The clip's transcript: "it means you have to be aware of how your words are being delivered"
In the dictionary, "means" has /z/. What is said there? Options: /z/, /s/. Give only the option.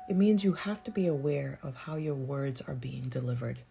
/z/